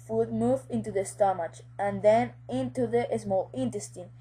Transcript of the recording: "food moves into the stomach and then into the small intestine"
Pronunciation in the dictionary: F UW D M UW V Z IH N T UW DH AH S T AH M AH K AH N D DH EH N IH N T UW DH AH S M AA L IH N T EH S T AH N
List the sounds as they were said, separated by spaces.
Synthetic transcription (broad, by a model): F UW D M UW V IH N T UW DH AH S T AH M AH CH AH N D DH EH N IH N T UW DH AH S M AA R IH N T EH S T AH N